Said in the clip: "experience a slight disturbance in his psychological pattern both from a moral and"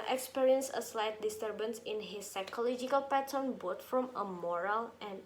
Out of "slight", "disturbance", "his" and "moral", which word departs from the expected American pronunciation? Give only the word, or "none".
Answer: none